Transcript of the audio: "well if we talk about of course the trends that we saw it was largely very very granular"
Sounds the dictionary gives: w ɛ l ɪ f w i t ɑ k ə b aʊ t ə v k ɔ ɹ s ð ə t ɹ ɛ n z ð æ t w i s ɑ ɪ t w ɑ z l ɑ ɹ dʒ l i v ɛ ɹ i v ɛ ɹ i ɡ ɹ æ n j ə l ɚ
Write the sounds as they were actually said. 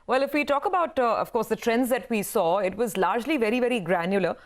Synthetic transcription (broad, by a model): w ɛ l ɪ f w i t ɑ k ə b aʊ t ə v k ɔ ɹ s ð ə t ɹ ɛ n z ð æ t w i s ɑ ɪ t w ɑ z l ɑ ɹ dʒ l i v ɛ ɹ i v ɛ ɹ i ɡ ɹ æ n j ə l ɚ